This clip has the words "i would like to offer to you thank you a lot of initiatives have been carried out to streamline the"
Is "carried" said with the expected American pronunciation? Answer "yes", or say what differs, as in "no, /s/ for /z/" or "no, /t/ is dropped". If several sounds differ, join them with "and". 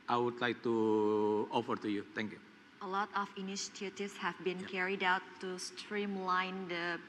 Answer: yes